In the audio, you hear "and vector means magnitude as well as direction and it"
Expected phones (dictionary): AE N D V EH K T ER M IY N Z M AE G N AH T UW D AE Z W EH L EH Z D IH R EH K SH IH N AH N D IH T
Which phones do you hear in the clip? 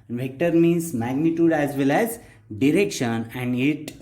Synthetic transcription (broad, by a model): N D V EH K T ER M IY N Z M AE G N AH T UW D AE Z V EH L EH Z D IH R EH K SH IH N AH N D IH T